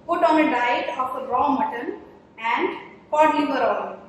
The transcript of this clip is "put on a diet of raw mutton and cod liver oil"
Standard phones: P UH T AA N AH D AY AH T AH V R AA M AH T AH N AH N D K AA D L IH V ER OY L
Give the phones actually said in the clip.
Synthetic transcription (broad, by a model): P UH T AA N AH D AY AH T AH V R AA M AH T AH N AH N D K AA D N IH B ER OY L